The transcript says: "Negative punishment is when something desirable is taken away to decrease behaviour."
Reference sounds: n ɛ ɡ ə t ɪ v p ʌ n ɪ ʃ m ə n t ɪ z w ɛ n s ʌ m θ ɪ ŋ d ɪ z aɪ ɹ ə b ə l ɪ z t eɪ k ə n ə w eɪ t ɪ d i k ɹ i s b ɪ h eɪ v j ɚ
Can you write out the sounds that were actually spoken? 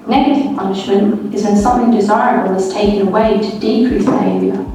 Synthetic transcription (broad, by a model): n ɛ ɡ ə t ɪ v p ʌ n ɪ ʃ m ə n t ɪ z w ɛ n s ʌ m θ ɪ ŋ d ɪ z aɪ ɹ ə b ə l ɪ z t eɪ k ə n ə w eɪ t ɪ d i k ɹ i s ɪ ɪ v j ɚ